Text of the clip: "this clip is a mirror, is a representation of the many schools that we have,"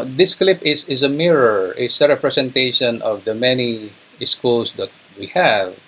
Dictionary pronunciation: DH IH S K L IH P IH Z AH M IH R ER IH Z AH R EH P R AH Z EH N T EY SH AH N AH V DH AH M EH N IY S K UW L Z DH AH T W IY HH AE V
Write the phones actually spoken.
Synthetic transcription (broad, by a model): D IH S K L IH P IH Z AH M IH R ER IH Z AH R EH P R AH S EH N T EY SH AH N AH V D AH M EH N IY S K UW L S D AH T W IY HH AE V